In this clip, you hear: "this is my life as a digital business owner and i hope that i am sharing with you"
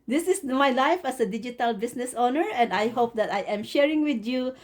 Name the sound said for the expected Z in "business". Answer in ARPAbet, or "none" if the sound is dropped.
S